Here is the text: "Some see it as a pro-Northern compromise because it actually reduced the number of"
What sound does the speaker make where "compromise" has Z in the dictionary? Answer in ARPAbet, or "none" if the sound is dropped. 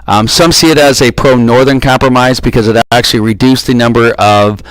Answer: Z